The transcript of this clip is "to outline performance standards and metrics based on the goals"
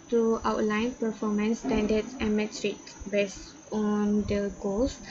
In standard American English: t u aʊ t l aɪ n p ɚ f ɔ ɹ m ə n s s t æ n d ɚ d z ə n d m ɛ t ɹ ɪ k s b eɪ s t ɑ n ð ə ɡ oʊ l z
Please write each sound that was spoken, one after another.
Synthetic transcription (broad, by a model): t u aʊ t l aɪ n p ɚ f ɔ m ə n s s t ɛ n d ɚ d s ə n m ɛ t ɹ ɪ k b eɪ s ɑ n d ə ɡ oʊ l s